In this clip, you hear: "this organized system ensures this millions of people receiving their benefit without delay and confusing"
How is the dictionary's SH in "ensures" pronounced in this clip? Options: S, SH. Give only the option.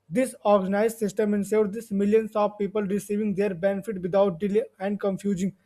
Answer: S